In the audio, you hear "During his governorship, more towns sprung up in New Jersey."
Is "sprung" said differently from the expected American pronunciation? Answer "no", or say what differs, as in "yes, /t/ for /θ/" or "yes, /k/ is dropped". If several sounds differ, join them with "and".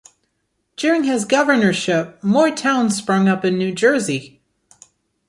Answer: no